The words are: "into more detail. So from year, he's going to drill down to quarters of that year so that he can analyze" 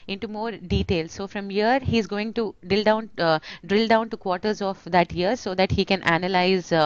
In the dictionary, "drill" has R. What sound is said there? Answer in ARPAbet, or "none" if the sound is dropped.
R